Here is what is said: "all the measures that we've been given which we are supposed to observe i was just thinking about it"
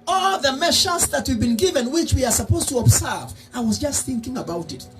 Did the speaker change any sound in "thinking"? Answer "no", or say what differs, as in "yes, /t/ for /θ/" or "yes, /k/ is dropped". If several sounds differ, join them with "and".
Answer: no